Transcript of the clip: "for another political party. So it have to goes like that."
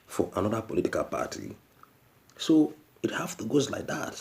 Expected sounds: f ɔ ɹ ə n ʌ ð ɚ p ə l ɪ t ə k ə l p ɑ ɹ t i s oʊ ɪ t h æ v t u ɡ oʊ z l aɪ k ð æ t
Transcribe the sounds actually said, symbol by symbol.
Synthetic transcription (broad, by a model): f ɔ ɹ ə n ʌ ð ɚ p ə l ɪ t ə k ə l p ɑ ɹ t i s oʊ ɪ t h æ f t u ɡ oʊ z l aɪ k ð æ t